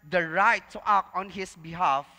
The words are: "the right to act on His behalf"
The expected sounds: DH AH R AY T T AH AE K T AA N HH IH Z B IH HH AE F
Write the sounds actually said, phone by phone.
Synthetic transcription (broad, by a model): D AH R AY T T AH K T AA N HH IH S B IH HH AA F